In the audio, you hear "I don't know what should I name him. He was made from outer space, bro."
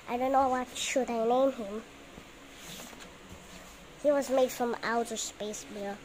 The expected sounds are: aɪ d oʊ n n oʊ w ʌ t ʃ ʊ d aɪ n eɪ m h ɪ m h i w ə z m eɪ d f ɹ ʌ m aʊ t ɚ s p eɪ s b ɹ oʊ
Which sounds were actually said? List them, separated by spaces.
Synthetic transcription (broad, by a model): aɪ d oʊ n n oʊ w ʌ t ʃ ʊ d aɪ n eɪ m h ɪ m h i w ə z m eɪ d f ɹ ʌ m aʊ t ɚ s p eɪ s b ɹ